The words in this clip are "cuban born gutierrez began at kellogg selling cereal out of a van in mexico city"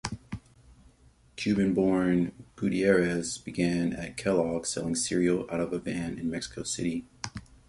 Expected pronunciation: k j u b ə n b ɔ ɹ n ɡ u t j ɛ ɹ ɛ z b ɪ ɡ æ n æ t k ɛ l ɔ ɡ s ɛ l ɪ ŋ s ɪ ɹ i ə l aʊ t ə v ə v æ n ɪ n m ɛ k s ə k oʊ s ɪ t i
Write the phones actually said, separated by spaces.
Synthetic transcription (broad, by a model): k j u b ə n b ɔ ɹ n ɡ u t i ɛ ɹ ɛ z b ɪ ɡ æ n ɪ t k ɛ l ɔ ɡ s ɛ l ɪ ŋ s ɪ ɹ i l aʊ t ə v ə b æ n ɪ n m ɛ k s ə k oʊ s ɪ t i